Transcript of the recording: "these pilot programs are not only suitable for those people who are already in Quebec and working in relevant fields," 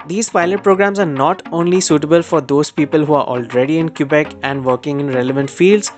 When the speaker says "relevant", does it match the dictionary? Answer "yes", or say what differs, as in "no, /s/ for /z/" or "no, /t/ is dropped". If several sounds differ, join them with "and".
yes